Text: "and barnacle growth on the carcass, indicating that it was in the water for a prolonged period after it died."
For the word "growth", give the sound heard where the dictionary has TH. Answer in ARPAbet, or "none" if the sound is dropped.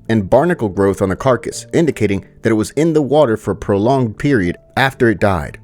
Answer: TH